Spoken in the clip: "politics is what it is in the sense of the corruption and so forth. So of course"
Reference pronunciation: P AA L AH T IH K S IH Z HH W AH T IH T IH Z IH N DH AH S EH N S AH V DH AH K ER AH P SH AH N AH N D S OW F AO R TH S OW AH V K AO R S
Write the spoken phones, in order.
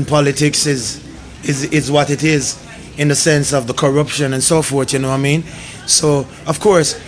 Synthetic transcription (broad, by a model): P AA L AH T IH K S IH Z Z W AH T IH T IH Z IH N DH AH S EH N S AH V DH AH K ER AH P SH AH N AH N S OW F AO R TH S OW AH V K AO R S